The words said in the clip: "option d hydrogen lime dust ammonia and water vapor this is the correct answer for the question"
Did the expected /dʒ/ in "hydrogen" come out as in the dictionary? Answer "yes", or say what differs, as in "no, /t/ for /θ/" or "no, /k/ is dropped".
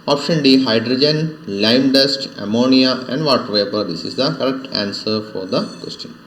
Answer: yes